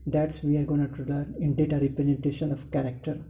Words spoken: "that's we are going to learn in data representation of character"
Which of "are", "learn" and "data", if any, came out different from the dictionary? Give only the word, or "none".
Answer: learn